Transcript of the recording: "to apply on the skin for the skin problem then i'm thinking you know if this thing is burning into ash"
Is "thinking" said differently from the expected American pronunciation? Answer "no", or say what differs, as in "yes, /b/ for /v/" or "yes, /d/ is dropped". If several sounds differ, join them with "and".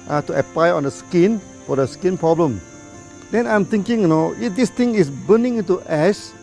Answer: yes, /t/ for /θ/